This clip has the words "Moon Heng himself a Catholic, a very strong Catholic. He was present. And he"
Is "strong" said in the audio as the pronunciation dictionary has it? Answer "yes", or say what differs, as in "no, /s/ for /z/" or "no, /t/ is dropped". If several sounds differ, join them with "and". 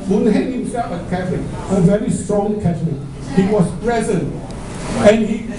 yes